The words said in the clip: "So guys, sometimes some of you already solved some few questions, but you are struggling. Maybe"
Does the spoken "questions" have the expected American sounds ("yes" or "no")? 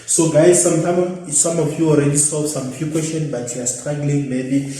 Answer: no